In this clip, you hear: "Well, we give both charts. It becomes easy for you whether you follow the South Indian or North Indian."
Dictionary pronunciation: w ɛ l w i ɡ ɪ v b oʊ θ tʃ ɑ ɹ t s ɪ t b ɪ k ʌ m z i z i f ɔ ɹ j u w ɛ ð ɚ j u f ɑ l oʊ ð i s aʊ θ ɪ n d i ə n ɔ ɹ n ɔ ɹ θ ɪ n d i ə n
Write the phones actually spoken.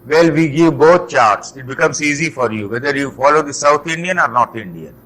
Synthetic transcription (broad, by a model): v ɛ l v i ɡ ɪ v b oʊ t tʃ ɑ ɹ t s ɪ t b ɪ k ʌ m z i z i f ɔ ɹ j u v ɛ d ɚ j u f ɑ l oʊ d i s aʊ t ɪ n d i ə n ɔ ɹ n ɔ ɹ t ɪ n d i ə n